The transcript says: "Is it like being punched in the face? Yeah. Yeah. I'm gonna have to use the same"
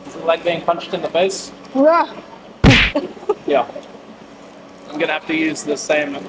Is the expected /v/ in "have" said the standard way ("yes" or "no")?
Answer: no